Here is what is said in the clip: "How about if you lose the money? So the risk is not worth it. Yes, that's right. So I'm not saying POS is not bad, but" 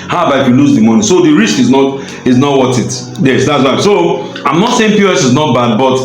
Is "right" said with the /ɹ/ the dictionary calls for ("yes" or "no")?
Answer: no